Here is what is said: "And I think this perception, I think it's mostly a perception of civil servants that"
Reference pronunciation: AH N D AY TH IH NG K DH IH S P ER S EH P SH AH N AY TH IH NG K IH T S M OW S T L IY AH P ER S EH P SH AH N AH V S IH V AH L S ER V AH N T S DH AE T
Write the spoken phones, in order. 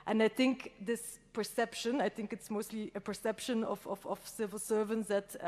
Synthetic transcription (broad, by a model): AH N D AY TH IH NG K DH IH S P ER S EH P SH AH N AY TH IH NG K IH T S M OW S T L IY AH P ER S EH P SH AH N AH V S IH V AH L S ER V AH N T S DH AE T